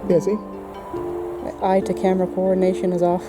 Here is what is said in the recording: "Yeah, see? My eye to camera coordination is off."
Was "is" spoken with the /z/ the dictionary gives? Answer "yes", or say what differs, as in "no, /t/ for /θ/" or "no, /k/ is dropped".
yes